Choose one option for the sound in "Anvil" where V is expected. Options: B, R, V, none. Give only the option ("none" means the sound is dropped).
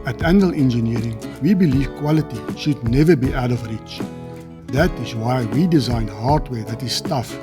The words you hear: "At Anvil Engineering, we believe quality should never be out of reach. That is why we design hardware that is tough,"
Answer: none